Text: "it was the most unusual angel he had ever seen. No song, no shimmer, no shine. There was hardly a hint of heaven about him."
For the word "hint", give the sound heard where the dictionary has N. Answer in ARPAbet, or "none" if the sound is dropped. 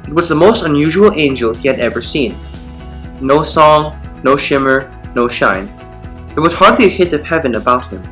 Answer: none